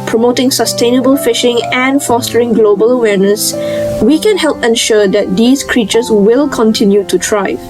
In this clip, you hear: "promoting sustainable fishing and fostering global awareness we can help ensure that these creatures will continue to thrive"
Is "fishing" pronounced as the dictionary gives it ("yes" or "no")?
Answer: yes